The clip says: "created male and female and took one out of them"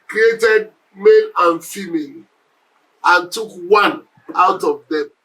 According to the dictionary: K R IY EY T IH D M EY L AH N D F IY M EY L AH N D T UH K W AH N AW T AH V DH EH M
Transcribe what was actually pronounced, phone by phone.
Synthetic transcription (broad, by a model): K R IY EY T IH D M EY N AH N F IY M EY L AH N T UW K W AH N AW T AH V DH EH M